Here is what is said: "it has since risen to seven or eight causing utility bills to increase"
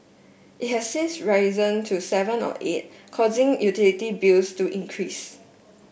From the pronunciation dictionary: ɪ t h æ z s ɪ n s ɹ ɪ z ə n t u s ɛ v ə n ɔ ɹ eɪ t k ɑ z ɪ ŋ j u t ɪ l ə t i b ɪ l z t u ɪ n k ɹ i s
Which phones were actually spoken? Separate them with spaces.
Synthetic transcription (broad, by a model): ɪ t h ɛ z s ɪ n s ɹ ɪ z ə n t u s ɛ v ə n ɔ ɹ eɪ t k ɑ z ɪ ŋ j u t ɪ l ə t i b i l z t u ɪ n k ɹ i s